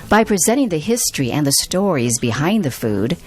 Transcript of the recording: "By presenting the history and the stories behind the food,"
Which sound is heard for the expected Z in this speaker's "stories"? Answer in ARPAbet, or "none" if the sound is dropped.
Z